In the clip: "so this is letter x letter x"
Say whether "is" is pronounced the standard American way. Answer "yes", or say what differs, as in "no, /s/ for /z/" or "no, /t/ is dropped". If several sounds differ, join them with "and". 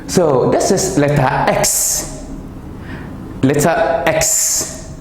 no, /s/ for /z/